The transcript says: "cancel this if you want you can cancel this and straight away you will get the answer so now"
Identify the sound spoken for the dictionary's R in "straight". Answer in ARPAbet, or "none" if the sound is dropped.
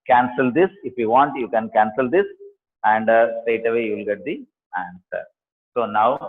none